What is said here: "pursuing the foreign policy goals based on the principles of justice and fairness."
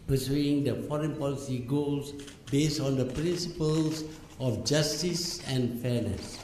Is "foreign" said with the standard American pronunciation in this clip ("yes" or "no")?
yes